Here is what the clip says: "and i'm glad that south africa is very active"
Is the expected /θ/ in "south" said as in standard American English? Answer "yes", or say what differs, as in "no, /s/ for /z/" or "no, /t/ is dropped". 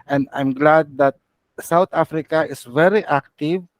no, /t/ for /θ/